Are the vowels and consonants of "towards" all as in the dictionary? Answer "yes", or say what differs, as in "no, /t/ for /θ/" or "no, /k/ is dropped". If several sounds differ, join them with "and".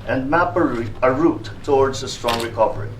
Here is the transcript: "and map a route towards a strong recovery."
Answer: yes